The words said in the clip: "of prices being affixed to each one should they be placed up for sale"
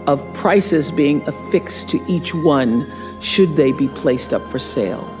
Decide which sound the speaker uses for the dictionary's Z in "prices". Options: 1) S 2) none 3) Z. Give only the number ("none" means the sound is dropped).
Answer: 3